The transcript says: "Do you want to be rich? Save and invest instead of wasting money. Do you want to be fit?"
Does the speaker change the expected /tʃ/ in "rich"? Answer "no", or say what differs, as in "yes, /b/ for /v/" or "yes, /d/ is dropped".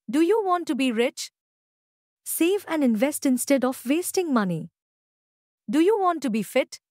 no